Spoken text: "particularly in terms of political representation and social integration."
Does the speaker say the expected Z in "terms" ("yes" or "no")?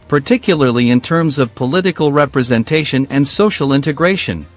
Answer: yes